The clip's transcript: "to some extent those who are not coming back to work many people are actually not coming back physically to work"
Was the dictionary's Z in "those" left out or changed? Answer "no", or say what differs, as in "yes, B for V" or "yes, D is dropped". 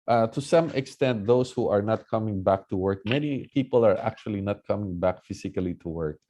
yes, S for Z